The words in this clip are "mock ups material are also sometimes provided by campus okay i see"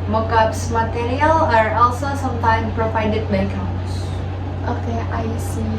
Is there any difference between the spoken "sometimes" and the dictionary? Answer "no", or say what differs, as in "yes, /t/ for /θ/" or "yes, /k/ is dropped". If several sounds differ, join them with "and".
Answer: yes, /z/ is dropped